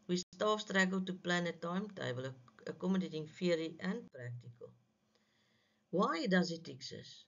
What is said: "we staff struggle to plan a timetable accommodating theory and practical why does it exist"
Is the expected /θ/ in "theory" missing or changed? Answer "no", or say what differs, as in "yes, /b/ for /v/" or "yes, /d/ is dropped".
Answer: yes, /f/ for /θ/